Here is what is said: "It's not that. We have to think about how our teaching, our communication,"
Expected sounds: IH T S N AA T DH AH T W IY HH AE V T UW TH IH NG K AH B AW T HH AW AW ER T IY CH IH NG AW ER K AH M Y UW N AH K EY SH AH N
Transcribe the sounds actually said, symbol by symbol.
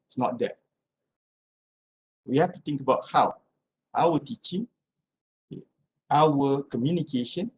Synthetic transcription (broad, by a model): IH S N AA T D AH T W IY HH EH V T UW T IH NG K AH B AW T HH AW AW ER T IY CH IH NG AW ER K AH M Y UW N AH K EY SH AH N